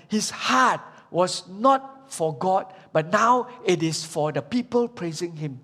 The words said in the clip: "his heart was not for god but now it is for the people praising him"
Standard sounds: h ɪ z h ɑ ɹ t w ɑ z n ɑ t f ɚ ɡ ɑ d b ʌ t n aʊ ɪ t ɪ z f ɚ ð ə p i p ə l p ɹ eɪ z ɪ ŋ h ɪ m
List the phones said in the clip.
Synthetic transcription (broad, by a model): h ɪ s h ɑ t w ɑ s n ɑ t f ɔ ɡ ɑ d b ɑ t n aʊ ɪ t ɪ s f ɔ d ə p i p ə l p ɹ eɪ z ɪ ŋ h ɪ m